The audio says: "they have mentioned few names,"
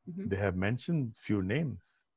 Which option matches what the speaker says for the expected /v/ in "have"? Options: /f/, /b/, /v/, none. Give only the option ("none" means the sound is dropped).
/v/